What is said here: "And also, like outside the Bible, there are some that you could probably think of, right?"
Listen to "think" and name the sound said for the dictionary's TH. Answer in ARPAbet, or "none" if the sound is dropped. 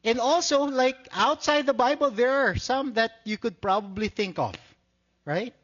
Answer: TH